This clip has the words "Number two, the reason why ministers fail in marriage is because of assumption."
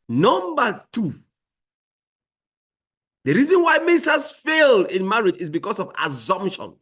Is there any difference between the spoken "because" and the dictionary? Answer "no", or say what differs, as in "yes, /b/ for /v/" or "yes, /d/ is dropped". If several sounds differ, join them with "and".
yes, /s/ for /z/